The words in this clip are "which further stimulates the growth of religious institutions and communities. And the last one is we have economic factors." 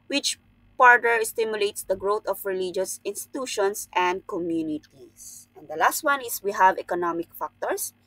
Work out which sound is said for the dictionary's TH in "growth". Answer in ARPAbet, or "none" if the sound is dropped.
T